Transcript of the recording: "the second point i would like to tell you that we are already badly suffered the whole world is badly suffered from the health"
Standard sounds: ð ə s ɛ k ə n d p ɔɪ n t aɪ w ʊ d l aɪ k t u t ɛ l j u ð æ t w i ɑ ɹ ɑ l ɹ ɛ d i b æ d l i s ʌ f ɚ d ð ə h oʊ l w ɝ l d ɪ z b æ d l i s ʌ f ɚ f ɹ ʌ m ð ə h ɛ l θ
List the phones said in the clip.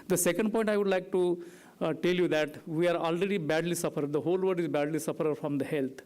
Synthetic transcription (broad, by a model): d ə s ɛ k ə n d p ɔɪ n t aɪ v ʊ d l aɪ k t u t ɛ l j u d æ t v i ɑ ɹ ɑ l ɹ ɛ d i b æ d l i s ʌ f ɚ d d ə h oʊ l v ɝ d ɪ z b æ d l i s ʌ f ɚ f ɹ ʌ m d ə h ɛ l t